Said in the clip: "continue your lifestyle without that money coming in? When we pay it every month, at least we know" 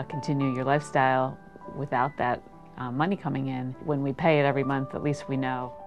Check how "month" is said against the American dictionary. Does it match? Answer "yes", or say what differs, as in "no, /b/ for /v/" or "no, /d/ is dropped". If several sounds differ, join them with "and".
yes